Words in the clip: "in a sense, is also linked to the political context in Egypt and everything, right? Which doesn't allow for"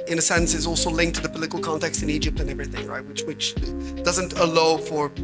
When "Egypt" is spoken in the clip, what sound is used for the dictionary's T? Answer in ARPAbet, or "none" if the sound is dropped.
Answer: T